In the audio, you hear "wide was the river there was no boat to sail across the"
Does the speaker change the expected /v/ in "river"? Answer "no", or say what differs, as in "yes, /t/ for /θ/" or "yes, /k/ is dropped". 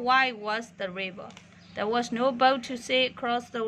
yes, /b/ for /v/